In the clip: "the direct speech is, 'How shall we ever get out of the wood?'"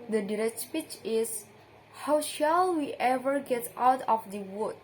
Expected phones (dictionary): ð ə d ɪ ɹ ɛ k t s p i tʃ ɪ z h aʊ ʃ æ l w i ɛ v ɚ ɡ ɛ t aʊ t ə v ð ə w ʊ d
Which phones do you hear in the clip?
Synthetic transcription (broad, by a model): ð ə d ɪ ɹ ɛ k t s p i tʃ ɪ s h aʊ ʃ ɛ l w i ɛ v ɚ ɡ ɛ t aʊ t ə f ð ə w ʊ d